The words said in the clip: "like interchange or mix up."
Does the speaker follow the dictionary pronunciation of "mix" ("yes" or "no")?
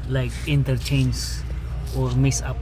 no